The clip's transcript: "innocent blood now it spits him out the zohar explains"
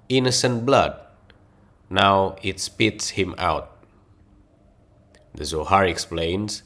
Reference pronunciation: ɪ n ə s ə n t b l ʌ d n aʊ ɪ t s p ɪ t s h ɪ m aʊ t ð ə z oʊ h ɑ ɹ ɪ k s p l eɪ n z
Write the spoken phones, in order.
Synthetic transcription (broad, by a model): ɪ n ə s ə n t b l ʌ d n aʊ ɪ t s p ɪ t s h ɪ m aʊ t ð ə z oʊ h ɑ ɹ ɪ k s p l eɪ n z